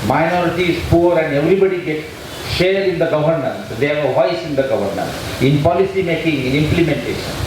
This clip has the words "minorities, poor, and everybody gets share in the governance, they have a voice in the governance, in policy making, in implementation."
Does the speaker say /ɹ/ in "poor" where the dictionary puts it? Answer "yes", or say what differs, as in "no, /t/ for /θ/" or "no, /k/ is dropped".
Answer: yes